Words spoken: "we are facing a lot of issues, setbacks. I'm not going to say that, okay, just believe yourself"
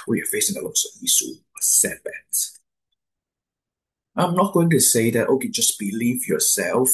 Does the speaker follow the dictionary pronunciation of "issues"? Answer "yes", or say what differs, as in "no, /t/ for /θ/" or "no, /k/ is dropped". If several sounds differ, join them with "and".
no, /s/ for /ʃ/